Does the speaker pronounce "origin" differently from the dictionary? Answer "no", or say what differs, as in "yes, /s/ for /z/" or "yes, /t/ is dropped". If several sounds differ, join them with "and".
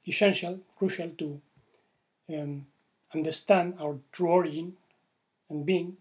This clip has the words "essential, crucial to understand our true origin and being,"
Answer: yes, /dʒ/ is dropped